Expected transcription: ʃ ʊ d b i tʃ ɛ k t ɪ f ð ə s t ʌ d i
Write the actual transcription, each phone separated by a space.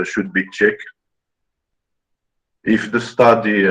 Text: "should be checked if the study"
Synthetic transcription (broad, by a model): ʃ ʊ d b i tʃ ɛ k ɪ f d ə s t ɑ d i